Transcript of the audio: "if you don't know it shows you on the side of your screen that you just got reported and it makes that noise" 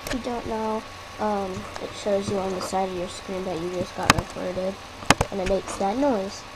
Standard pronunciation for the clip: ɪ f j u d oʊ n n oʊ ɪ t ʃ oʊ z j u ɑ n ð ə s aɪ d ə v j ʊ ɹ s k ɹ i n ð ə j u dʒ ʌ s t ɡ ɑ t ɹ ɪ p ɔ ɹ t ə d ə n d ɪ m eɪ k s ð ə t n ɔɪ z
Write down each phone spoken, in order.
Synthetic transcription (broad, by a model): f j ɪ d oʊ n n oʊ ɪ t ʃ oʊ z j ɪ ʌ n ð ə s aɪ d ə v j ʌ ɹ s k ɹ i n ð ə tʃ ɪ dʒ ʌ s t ɡ ɑ t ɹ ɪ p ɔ ɹ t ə d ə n ɪ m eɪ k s ð ə t n ɔɪ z